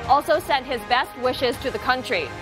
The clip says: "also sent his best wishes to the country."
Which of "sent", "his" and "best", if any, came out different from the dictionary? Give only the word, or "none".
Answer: none